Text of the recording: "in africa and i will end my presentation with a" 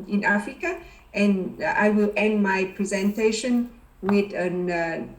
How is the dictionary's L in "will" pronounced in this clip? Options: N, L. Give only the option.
L